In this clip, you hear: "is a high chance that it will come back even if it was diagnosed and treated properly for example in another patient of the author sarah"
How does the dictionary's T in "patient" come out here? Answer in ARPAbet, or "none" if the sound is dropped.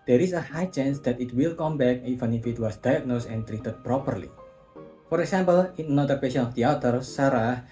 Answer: none